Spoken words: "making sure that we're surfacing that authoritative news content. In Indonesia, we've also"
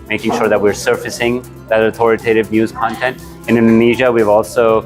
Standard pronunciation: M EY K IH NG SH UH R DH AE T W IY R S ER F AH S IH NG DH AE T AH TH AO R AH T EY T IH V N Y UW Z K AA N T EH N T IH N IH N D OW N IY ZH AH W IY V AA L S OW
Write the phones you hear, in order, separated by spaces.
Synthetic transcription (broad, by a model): M EY K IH NG SH UH R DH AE T W IY R S ER F AH S IH NG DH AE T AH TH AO R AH T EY T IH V N Y UW Z K AA N T EH N T IH N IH N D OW N IY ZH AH W IY V AA L S OW